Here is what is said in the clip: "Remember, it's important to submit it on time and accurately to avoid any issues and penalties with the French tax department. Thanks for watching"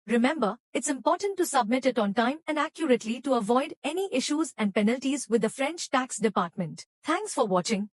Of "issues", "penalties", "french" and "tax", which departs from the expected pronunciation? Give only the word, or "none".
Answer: none